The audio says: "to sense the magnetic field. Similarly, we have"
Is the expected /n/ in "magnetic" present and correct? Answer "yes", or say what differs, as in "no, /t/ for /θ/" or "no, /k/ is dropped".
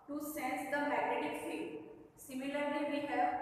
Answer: no, /n/ is dropped